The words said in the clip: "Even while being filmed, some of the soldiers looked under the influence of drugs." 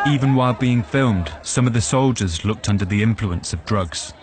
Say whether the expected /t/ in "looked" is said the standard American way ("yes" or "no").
yes